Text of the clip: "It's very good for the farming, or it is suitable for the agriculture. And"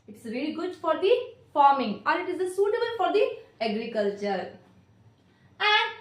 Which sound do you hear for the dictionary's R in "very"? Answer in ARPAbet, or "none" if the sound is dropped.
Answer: L